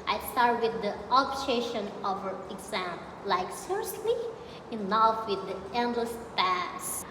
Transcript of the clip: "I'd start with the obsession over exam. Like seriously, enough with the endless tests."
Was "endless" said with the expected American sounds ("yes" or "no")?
yes